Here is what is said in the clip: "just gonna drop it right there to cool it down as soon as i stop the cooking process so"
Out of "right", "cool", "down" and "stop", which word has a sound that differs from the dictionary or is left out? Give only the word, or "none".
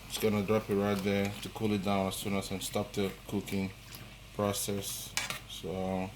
none